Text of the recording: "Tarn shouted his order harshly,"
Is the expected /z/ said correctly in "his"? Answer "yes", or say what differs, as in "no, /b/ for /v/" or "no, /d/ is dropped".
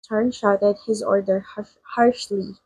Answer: yes